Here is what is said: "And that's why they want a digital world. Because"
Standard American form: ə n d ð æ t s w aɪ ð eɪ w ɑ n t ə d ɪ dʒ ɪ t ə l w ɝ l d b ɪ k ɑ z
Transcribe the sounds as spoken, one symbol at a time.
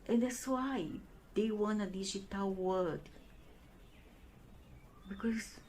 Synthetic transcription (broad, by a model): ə n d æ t s w aɪ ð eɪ w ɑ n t ə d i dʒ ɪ t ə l w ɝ d b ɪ k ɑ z